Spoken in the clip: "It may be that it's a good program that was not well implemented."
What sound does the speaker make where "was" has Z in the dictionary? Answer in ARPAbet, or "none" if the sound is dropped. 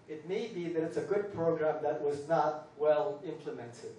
Z